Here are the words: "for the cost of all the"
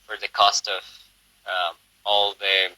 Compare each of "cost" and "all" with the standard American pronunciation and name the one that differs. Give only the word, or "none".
none